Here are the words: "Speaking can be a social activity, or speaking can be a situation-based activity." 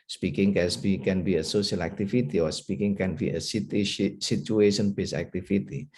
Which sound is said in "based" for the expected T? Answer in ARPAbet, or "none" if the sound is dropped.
none